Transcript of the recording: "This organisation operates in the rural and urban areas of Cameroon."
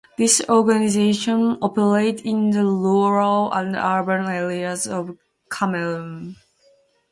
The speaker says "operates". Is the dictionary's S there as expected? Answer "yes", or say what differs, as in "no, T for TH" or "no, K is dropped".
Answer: no, S is dropped